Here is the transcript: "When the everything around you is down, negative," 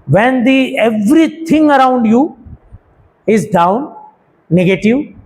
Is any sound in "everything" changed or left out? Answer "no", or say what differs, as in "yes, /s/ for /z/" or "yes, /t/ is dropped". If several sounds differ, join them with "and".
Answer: yes, /t/ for /θ/